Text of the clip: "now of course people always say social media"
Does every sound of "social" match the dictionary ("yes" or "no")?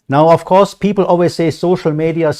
yes